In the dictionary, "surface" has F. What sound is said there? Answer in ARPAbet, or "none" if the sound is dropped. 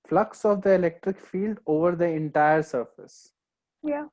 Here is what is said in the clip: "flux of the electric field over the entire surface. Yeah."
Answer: F